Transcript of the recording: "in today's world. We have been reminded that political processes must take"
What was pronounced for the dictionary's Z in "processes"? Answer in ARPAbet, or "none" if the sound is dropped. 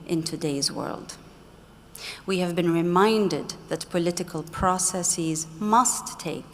Z